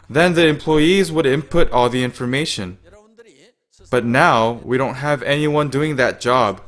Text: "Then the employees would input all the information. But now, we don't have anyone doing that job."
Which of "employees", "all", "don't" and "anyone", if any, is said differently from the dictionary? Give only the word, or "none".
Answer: none